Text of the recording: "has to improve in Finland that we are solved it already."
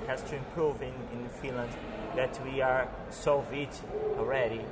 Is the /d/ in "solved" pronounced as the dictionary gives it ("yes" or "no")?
no